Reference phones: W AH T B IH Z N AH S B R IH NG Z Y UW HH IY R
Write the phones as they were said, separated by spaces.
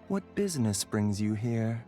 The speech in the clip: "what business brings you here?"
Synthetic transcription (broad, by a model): W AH T B IH Z N AH S B R IH NG Z Y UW HH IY R